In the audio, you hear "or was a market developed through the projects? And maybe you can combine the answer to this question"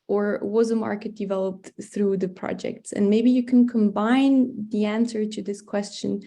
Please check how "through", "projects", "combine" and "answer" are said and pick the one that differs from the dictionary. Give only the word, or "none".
none